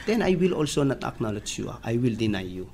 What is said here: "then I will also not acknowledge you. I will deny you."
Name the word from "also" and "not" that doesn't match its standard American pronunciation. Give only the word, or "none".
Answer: none